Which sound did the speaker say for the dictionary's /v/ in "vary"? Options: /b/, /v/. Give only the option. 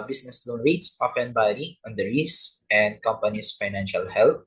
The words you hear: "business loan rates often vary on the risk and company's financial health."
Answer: /b/